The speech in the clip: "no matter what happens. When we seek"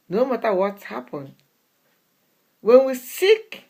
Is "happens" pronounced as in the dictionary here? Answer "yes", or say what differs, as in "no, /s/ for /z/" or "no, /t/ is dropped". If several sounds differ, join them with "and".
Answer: no, /z/ is dropped